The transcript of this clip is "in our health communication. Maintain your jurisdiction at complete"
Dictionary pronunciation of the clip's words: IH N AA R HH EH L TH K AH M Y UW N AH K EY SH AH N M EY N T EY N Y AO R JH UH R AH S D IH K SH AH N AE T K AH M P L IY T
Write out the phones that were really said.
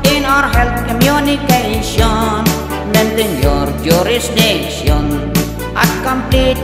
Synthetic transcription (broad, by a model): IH N AA R HH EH L T K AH M Y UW N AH K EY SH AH N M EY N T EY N Y AO R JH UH R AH S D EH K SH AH N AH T K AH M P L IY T